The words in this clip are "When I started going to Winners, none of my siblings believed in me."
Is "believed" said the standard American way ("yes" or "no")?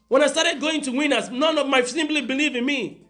no